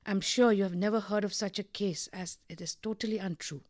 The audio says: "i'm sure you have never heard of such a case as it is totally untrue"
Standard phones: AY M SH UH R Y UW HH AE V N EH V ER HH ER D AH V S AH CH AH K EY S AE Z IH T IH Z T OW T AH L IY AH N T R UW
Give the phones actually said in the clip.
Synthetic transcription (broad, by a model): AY M SH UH R Y UW HH AE V N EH V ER HH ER D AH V S AH CH AH K EY S AE Z IH T IH Z T OW T AH L IY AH N T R UW